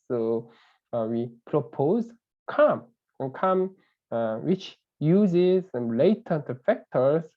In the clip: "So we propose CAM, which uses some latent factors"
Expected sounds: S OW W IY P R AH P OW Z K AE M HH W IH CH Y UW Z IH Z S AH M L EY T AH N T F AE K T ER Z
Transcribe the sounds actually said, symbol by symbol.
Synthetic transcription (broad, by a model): S OW W IY P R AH P OW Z K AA M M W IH CH Y UW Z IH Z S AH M L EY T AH T F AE K T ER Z